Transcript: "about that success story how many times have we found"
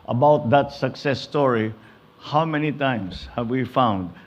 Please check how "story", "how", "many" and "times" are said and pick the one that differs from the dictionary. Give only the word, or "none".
times